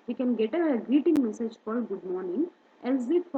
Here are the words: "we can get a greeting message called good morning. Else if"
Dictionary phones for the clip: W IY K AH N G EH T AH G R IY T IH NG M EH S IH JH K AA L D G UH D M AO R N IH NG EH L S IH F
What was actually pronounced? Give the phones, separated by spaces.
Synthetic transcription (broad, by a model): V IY K AH N G EH T AH G R IY T IH NG M EH S IH JH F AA D G UH D M AO R N IH NG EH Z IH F